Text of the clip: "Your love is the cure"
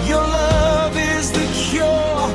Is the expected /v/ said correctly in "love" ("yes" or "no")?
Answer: yes